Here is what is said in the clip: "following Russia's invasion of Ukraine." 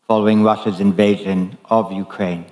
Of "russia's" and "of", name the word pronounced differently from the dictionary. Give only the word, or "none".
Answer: none